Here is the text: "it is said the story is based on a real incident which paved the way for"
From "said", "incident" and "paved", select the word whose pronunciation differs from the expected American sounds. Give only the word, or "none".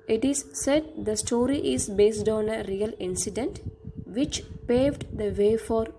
none